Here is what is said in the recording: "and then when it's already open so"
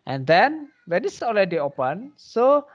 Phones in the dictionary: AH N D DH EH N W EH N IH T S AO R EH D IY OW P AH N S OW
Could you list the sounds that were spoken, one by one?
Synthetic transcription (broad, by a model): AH N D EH N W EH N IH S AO L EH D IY OW P AH N S OW